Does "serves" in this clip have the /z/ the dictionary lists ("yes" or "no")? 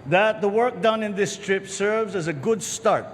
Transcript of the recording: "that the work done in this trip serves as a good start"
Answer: yes